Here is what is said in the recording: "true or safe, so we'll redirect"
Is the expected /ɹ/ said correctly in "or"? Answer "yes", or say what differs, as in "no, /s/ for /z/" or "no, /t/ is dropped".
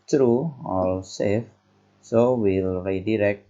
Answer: no, /l/ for /ɹ/